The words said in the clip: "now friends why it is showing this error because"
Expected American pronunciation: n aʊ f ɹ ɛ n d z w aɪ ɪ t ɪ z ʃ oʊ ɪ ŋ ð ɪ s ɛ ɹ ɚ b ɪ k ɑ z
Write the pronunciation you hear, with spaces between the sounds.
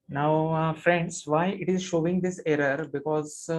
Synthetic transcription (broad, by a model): n aʊ f ɹ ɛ n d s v aɪ ɪ t ɪ z ʃ oʊ ɪ ŋ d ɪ s ɛ ɹ ɚ b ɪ k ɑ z